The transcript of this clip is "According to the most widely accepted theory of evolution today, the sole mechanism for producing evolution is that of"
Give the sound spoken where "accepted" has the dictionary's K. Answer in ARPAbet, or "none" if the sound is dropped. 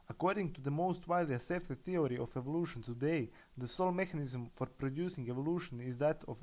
none